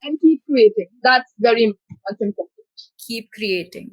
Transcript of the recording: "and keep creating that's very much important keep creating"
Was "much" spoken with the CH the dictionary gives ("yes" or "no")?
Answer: no